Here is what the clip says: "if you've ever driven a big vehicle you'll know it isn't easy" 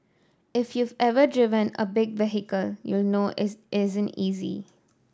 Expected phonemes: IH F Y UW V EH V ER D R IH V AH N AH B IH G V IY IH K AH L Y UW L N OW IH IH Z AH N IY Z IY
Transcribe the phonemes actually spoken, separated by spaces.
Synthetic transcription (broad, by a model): IH F Y UW V EH V ER D R IH V AH N AH B IH G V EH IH K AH L Y UW L N OW IH IH Z AH N IY Z IY